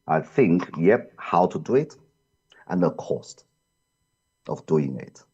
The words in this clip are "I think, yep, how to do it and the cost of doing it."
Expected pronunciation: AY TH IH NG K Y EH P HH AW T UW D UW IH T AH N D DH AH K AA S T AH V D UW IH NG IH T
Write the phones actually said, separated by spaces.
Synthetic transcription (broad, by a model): AY TH IH NG K Y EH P HH AW T UW D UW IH T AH N DH AH K AA S T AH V D UW IH NG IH T